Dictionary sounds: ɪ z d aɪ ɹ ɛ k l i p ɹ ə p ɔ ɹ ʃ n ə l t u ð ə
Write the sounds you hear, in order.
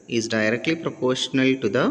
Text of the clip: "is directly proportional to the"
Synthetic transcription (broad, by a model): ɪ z d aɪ ɹ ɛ k l i p ɹ ə p ɔ ɹ ʃ n ə l t u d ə